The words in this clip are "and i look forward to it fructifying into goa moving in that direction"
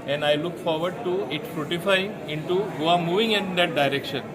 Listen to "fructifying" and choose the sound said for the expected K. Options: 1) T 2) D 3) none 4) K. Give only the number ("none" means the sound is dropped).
3